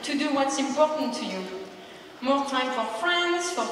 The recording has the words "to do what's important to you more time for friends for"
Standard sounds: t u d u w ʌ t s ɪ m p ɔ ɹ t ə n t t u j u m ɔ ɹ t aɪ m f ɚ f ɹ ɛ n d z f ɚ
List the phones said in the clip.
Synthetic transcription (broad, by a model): t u d u w ʌ t s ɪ m p ɔ ɹ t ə n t t u j u m ɔ ɹ t aɪ m f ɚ f ɹ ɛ n d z f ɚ